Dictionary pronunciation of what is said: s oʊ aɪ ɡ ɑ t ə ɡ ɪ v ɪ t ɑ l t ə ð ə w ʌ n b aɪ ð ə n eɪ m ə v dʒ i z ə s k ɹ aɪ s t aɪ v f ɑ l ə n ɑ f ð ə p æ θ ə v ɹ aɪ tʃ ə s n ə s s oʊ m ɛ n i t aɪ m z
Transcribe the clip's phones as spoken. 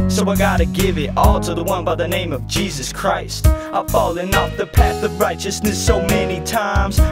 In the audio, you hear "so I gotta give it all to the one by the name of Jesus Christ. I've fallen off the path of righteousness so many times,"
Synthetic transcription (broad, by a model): s oʊ aɪ ɡ ɑ t ə ɡ ɪ v ɪ t ɑ l t ə ð ə w ʌ n b aɪ ð ə n eɪ m ə v dʒ i z ə s k ɹ aɪ s t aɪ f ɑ l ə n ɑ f ð ə p æ θ ə v ɹ aɪ tʃ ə s n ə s s oʊ m ɛ n i t aɪ m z